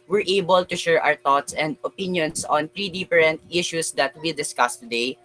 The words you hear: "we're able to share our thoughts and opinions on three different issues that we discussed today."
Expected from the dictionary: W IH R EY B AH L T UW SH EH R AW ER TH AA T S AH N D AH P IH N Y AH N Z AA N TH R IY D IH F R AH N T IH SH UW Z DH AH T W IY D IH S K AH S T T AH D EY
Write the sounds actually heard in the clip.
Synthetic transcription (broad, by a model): W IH R EY B AH L T UW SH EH R AW ER T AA T S AH N D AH P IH N Y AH N S AA N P R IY D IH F R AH N T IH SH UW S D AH T W IY D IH S K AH S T T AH D EY